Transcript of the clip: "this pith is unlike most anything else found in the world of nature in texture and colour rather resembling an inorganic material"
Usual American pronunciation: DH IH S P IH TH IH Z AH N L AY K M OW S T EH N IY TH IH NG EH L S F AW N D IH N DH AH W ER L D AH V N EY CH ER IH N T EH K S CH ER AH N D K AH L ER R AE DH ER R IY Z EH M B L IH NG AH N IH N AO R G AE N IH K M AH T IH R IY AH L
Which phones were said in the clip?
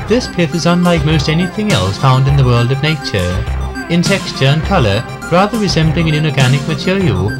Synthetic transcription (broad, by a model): DH IH S P IH TH IH Z AH N L AY K M OW S T EH N IY TH IH NG EH L S F AW N D IH N DH AH W ER L D AH V N EY CH ER IH N T EH K S CH ER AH N K AH L ER R AE DH ER R IY Z EH M B L IH NG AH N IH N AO R G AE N IH K M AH T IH R IY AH L